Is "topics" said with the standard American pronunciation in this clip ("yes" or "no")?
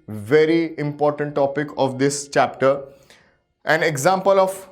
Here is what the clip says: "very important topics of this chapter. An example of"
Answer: no